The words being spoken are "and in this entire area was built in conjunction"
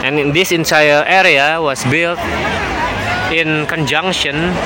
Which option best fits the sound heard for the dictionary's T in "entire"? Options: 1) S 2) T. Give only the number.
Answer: 1